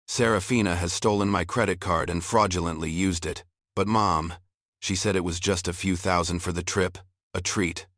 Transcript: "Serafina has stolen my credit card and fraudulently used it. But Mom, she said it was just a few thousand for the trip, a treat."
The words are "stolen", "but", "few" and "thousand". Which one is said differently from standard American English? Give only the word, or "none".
none